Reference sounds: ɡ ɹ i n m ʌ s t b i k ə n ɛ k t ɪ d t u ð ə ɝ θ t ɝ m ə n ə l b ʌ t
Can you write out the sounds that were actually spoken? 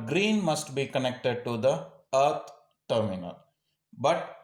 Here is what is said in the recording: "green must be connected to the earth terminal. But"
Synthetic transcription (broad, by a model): ɡ ɹ i n m ʌ s t b i k ə n ɛ k t ɪ d t u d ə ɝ t t ɝ m ə n ə l b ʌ t